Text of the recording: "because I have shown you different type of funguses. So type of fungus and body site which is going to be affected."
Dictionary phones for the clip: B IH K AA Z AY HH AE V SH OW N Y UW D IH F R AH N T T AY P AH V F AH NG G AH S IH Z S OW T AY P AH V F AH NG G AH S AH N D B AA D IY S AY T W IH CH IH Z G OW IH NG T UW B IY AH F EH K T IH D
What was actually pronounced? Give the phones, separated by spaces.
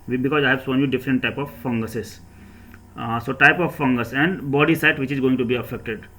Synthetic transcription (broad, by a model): B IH K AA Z AY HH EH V S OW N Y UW D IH F R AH N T T AY P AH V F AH NG G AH S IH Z S OW T AY P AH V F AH NG G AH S AH N D B AA D IY S AY T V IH CH IH Z G OW IH NG T UW B IY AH F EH K T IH D